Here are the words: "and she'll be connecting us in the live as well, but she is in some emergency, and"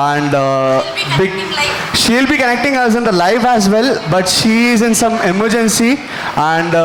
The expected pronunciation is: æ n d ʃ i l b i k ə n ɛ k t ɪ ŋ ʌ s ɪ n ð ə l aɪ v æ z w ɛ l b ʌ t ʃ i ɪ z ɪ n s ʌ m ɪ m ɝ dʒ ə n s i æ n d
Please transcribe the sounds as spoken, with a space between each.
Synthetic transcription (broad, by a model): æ n d ʃ i l b i k ə n ɛ k t ɪ ŋ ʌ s ɪ n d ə l aɪ f æ z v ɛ l b ʌ t ʃ i ɪ z ɪ n s ʌ m ɪ m ɝ dʒ ə n s i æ n d